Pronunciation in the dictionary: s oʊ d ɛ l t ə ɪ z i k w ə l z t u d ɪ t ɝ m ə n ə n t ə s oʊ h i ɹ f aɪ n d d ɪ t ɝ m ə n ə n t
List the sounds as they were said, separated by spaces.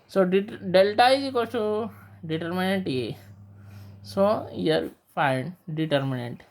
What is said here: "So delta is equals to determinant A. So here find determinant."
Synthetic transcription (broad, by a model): s oʊ d ɛ l t ə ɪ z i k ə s t u d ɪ t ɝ m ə n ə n t ə s oʊ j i l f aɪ n d d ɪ t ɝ m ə n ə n t